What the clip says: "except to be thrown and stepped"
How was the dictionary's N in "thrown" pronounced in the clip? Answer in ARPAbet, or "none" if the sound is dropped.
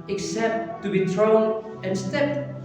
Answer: N